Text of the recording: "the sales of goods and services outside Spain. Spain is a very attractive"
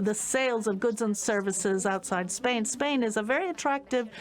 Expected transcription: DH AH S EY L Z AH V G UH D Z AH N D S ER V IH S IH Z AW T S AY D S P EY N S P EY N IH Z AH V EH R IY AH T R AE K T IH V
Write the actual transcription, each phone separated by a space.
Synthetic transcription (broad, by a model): DH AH S EY L Z AH V G UH D Z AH N S ER V IH S IH Z AW T S AY D S P EY N S P EY N IH Z AH V EH R IY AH T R AE K T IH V